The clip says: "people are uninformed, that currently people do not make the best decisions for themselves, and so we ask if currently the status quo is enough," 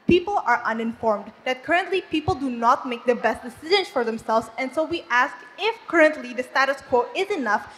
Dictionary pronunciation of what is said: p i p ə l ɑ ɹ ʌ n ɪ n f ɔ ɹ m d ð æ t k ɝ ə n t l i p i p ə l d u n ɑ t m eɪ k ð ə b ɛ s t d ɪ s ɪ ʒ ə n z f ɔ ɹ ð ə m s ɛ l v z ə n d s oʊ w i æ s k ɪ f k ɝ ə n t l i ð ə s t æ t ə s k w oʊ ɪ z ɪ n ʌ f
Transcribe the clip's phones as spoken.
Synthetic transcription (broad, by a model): p i p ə l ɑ ɹ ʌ n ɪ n f ɔ ɹ m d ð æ t k ɝ ə n t l i p i p ə l d u n ɑ t m eɪ k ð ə b ɛ s t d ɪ s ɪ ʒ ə n s f ɔ ɹ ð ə m s ɛ l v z ə n d s oʊ w i æ s k ɪ f k ɝ ə n t l i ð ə s t æ t ə s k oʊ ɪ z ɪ n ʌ f